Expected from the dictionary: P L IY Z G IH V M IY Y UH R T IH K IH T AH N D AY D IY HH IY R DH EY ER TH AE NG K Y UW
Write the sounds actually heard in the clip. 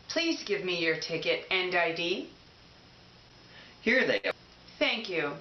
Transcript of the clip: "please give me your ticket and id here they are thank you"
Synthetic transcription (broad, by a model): P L IY Z G IH V M IY Y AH R T IH K IH T AH N D AY D IY HH IY R DH EY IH TH AE NG K Y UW